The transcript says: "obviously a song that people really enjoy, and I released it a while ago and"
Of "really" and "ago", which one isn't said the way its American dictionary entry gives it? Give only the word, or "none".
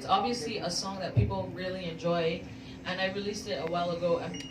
none